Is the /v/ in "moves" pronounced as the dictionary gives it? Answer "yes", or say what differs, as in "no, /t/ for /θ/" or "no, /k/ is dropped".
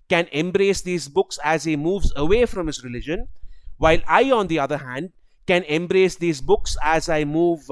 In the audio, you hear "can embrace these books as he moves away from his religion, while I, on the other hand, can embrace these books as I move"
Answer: yes